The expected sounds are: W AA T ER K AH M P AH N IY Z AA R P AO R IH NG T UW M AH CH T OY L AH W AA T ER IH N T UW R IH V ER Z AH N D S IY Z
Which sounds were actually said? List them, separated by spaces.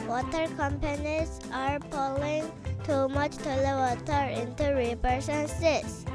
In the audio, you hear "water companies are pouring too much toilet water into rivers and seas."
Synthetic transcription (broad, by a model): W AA T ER K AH M P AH N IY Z AA R P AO L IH NG T UW M AH CH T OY L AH W AA T ER IH N T UW R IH P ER S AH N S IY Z